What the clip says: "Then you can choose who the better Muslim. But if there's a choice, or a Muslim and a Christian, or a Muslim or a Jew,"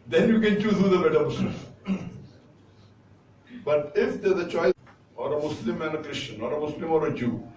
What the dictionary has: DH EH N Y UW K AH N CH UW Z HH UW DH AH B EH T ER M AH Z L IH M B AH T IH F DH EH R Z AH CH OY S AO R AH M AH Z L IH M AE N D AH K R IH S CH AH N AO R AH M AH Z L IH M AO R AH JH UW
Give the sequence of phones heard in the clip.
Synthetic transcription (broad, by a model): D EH N Y UW K AH N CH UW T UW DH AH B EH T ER M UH S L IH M B AH T IH F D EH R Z AH CH OY AO R AH M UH S L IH M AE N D AH K R IH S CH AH N AO R AH M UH S L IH M AO R AH JH UW